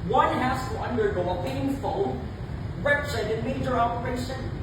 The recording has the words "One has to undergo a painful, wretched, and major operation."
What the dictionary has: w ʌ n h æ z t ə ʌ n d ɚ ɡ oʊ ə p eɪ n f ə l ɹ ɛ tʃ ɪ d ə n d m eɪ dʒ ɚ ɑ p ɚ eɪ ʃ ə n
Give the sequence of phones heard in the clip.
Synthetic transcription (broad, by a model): w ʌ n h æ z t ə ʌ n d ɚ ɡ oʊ ə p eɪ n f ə n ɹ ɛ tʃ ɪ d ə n m eɪ dʒ ɚ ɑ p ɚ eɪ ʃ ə n